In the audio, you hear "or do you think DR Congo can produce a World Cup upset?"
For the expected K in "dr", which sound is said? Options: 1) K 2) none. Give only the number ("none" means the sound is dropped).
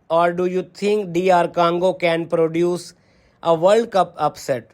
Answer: 2